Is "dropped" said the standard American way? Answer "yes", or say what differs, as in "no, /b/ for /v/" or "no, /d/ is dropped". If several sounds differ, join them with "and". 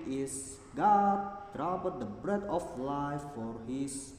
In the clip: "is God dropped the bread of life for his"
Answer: no, /b/ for /p/